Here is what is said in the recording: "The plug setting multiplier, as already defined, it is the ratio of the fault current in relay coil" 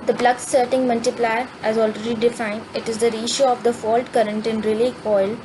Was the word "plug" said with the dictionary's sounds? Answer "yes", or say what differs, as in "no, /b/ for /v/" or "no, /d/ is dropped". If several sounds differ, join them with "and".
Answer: no, /b/ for /p/